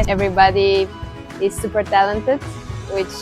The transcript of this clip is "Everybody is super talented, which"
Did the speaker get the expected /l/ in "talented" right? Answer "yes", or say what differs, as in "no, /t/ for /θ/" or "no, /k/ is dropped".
yes